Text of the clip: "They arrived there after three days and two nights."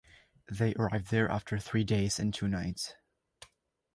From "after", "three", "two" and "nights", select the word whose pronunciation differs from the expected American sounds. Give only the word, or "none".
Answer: none